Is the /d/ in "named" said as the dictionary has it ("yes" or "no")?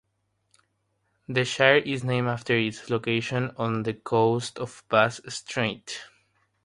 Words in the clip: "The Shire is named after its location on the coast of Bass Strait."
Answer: no